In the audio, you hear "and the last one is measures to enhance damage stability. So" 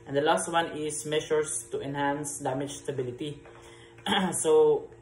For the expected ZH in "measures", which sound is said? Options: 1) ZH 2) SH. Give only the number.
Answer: 2